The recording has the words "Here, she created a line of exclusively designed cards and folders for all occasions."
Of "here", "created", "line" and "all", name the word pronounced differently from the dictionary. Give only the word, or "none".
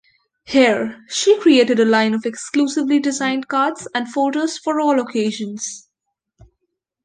none